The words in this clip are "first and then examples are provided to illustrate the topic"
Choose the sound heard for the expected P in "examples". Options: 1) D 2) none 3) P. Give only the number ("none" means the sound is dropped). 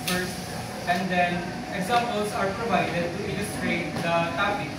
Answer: 2